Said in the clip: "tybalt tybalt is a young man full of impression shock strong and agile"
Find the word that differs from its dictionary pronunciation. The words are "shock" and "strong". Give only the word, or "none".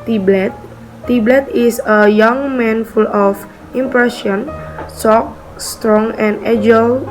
shock